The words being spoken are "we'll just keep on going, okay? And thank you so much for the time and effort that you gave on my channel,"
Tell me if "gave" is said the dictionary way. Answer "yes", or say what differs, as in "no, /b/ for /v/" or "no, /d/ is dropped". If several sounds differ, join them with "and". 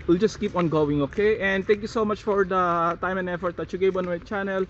no, /b/ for /v/